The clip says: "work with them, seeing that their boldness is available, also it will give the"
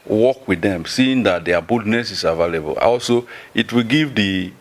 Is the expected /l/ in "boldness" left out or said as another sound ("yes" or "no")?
yes